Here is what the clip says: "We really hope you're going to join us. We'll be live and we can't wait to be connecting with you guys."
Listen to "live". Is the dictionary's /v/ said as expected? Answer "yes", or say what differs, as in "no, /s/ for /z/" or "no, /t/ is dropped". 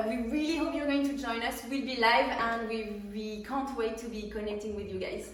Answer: yes